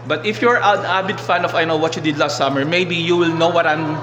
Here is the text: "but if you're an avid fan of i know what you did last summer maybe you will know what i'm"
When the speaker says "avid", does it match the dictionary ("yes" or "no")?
no